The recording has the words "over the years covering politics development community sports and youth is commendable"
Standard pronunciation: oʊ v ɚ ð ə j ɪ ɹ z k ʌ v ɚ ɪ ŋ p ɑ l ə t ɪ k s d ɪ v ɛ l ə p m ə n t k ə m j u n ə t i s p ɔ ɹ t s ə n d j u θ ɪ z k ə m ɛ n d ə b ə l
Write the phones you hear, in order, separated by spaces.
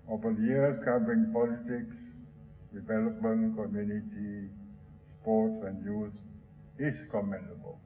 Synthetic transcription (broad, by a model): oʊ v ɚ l j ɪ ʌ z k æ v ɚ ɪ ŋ p ɑ l ə t ɪ k s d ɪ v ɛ l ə p m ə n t k ə m j u n ə t i s p ɔ t s ə n d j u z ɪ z k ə m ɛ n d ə b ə l